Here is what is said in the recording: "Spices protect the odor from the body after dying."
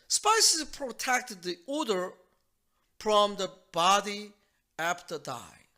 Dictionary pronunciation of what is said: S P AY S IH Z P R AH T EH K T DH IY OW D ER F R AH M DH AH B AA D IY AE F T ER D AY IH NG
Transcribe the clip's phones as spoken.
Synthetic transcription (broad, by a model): S P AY S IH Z P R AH T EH K T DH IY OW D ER F R AH M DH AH B AA D IY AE P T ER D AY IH